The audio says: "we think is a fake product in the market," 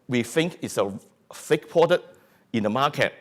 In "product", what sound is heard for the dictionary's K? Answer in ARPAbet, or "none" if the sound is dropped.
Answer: none